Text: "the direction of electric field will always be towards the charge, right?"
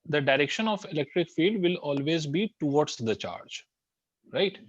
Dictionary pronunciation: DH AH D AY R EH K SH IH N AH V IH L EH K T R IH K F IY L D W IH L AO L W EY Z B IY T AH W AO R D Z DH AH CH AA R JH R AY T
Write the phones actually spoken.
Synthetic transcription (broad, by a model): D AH D AY R EH K SH IH N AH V IH L EH K T R IH K F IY D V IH L AO L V EY Z B IY T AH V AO R D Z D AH CH AA R JH R AY T